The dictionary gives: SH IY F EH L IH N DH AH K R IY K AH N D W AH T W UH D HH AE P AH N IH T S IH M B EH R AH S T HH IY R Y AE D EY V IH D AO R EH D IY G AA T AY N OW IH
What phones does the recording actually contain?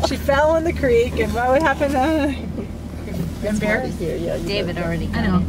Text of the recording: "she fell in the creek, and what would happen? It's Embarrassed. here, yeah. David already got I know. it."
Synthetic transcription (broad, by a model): SH IY F EH L IH N DH AH K R IY K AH N W AH T W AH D HH AE P AH N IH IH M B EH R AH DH HH IY R Y AE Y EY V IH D R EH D IY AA IH N OW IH